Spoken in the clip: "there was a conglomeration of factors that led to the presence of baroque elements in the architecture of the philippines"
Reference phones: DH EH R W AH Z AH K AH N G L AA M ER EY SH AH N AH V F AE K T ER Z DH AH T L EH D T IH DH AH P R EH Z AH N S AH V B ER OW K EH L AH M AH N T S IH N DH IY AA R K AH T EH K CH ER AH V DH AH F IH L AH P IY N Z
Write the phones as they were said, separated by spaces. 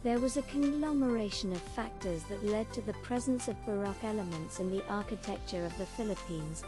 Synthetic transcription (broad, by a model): DH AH R W AH Z AH K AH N G L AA M ER EY SH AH N AH V F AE K T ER Z DH AH T L EH D T IH DH AH P R EH Z AH N S AH V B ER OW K EH L AH M AH N T S IH N DH IY AA R K AH T EH K CH ER AH V DH AH F IH L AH P IY N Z